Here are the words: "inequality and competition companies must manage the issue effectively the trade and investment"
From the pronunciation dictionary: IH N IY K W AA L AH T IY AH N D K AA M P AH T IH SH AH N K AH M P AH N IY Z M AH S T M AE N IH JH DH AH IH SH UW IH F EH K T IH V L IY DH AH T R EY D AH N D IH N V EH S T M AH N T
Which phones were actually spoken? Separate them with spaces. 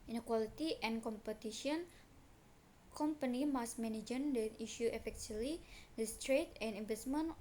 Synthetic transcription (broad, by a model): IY N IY K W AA L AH T IY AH N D K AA M P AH T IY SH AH N K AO M P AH N IY M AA S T M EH N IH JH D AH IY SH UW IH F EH K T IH L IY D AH T R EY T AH N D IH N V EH S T M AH N